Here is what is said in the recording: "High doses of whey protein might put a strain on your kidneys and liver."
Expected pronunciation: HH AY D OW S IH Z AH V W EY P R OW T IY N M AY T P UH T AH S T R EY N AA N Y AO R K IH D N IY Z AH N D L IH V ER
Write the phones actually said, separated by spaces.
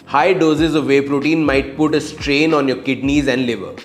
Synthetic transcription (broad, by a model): HH AY D OW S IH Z AH V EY P R OW T IY N M AY T P UH T AH S T R EY N AA N Y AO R K IH D N IY Z AH N D L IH V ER